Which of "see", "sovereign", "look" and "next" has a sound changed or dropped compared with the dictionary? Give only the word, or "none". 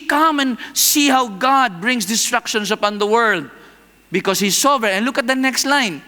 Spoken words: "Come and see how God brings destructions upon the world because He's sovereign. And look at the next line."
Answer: sovereign